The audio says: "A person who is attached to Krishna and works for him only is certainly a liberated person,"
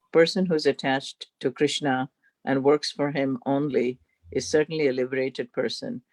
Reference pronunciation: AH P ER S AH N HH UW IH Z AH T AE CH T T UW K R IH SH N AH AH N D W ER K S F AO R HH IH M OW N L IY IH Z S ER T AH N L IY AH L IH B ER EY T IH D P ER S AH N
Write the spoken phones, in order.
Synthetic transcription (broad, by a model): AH P ER S AH N HH UW IH Z AH T AE CH T T UW K R IH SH N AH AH N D W ER K S F AO R HH IH M OW N L IY IH Z S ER T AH N L IY AH L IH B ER EY T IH D P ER S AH N